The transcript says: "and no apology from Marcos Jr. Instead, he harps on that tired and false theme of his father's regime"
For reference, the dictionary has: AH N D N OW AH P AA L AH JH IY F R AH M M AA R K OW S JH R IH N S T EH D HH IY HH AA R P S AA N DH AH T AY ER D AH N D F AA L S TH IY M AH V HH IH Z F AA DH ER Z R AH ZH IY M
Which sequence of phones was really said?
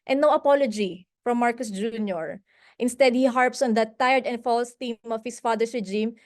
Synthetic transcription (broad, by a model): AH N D N OW AH P AA L AH JH IY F R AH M M AA R K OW S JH R IH N S T EH D HH IY HH AA R P S AA N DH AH T AY ER D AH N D F AA L S T IY M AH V HH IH S F AA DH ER S R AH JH IY M